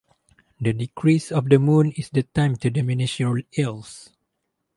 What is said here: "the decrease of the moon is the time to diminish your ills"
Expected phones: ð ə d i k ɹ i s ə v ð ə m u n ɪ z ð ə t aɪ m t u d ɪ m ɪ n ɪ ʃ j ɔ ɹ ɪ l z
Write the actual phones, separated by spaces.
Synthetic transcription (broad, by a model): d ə d i k ɹ i s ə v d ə m u n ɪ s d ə t aɪ m t u d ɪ m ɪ n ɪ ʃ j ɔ l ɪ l s